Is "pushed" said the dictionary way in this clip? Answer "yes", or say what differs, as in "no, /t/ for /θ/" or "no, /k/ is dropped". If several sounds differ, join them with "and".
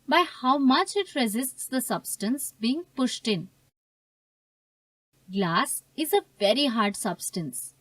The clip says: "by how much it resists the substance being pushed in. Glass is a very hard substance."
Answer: yes